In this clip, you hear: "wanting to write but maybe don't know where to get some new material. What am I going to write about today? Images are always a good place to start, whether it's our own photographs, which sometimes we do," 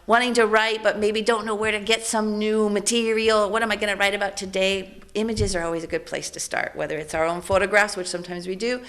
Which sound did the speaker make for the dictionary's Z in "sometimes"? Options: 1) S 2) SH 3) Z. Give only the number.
3